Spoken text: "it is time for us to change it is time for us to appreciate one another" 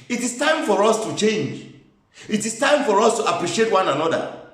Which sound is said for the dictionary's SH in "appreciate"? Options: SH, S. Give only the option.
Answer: SH